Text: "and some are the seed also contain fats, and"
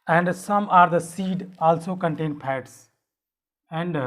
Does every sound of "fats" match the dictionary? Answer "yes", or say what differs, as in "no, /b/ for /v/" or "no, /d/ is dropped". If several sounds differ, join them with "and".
no, /p/ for /f/